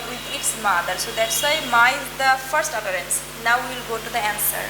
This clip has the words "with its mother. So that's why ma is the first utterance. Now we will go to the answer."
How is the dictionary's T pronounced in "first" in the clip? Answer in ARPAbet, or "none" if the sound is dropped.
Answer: T